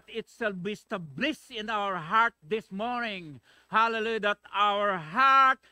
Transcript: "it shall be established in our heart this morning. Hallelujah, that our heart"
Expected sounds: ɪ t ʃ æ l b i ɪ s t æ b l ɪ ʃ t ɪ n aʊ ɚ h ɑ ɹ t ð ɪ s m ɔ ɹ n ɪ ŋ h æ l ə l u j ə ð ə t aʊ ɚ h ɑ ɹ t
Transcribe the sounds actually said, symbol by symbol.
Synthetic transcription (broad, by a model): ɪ t s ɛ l b i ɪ s t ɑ b l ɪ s ɪ n aʊ ɚ h ɑ ɹ t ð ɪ s m ɔ ɹ n ɪ ŋ h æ l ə l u j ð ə t aʊ ɚ h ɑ ɹ t